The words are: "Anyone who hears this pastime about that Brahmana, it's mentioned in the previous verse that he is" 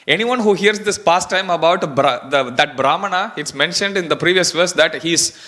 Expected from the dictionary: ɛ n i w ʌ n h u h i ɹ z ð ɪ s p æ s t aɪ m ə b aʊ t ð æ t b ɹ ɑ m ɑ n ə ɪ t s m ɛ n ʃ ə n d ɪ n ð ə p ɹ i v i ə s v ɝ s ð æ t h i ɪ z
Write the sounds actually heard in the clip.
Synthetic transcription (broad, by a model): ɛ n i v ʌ n h u h i ɹ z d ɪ s p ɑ s t aɪ m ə b aʊ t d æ t b ɹ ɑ m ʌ n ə ɪ t s m ɛ n ʃ ə n d ɪ n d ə p ɹ i v i ə s v ɝ s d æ t h i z